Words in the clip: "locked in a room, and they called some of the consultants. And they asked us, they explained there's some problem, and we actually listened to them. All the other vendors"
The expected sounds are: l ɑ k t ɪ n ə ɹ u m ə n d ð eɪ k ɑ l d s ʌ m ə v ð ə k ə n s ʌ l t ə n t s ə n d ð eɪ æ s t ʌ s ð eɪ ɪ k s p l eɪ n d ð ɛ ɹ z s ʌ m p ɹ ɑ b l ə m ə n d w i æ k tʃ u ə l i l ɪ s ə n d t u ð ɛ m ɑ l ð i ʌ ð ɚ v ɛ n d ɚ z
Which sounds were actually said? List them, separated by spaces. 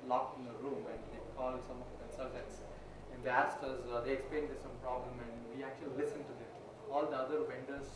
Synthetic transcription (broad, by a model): l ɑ k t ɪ n ə ɹ u m ə n d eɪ k ɑ l d s ʌ m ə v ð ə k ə n s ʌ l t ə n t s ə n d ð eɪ æ s t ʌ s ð eɪ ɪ k s p l eɪ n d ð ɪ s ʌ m p ɹ ɑ b l ə m ə n d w i æ k tʃ u ə l i l ɪ s ə n d t u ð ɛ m ɑ l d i ʌ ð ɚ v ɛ n d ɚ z